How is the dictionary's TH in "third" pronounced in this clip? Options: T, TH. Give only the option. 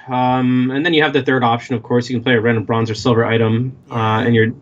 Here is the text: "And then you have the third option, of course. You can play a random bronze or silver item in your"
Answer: TH